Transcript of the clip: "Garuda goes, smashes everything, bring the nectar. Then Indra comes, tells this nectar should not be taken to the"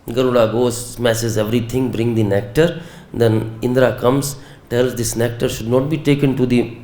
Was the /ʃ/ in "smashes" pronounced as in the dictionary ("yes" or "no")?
no